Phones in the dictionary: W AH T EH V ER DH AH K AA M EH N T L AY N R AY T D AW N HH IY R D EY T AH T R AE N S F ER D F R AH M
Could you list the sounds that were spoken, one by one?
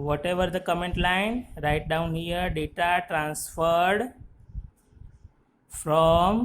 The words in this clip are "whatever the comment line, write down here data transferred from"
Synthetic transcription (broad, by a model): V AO T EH V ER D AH K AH M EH N T L AY N R AY T D AW N HH IY R D EY T AH T R AE N S F ER D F R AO M